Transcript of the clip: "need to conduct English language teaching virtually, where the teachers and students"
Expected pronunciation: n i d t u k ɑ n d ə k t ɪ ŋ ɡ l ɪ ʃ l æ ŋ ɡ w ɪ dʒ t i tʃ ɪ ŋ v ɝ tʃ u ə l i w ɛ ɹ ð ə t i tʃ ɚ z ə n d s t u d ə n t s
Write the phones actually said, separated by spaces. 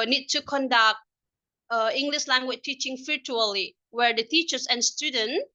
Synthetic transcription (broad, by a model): n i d t u k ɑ n d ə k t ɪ ŋ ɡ l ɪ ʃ l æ ŋ ɡ w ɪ tʃ t i tʃ ɪ ŋ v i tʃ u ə l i w ɛ ɹ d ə t i tʃ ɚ s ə n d s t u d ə n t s